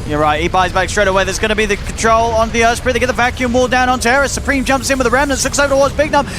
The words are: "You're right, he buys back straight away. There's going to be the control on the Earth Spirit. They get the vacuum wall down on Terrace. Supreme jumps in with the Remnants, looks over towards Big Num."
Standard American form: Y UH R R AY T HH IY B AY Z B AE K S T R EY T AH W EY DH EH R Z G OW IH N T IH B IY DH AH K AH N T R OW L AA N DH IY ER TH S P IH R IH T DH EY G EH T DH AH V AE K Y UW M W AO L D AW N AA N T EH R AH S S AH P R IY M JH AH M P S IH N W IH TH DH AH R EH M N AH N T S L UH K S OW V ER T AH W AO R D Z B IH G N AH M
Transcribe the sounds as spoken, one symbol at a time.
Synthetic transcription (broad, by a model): Y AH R R AY T HH IY B AY Z B AE K S T R EY T AH W EY DH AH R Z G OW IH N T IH B IY DH AH K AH N T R OW L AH N DH IY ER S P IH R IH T DH EY G EH T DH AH V AE K Y UW M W AO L D AW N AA N T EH R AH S S AH P R IY M JH AH M P S IH N W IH DH AH R EH M N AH N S L UH K S OW V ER T AH W AO R D Z B IH G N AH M